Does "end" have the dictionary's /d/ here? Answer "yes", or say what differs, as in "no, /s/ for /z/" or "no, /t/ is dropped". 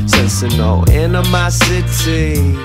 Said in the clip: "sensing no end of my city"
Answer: no, /d/ is dropped